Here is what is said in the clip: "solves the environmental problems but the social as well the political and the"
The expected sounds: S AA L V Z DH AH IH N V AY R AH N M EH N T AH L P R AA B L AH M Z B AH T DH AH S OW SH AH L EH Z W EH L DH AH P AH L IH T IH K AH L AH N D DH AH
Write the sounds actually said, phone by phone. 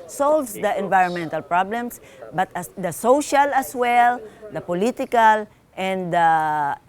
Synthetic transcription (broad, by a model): S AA L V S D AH IH N V AY R AH N M EH N T AH L P R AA B L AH M S B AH T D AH S OW SH AH L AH S W EH L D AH P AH L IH T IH K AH L AH N D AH